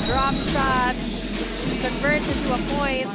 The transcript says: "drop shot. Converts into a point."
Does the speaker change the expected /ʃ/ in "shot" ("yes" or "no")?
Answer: yes